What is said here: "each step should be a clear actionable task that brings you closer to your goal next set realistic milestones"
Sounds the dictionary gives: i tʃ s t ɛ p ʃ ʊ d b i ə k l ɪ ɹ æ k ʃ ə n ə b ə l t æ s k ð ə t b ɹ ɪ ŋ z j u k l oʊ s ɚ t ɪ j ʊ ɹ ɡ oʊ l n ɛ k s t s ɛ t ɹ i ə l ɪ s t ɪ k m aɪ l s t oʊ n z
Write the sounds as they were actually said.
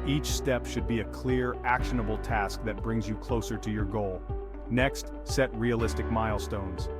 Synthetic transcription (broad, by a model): i tʃ s t ɛ p ʃ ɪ d b i ə k l ɪ ɹ æ k ʃ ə n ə b l t æ s k ð ə t b ɹ ɪ ŋ z j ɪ k l oʊ s ɚ t ɪ j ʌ ɹ ɡ oʊ l n ɛ k s t s ɛ t ɹ i ə l ɪ s t ɪ k m aɪ l s t oʊ n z